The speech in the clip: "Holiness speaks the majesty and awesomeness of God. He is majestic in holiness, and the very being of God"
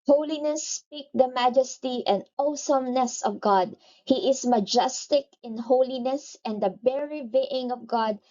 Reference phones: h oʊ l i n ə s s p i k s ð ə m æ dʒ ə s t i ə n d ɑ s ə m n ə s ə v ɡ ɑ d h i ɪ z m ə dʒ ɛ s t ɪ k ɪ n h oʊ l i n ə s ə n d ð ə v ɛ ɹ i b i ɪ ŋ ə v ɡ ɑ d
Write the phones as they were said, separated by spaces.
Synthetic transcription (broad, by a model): h oʊ l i n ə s s p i k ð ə m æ dʒ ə s t i ə n d ɑ s ə m n ə s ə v ɡ ɑ d h i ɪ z m ə dʒ ɛ s t ɪ k ɪ n h oʊ l i n ə s ə n d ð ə b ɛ ɹ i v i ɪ ŋ ə v ɡ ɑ d